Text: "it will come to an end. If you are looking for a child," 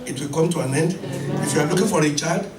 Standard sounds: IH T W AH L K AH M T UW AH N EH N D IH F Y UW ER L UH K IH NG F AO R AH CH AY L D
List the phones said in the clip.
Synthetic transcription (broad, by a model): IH T W AH L K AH M T UW AH N EH N D IH F Y UW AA L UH K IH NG F AO R AH CH AY L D